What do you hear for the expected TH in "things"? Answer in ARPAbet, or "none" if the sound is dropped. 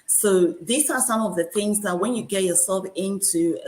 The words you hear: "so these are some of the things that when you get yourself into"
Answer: TH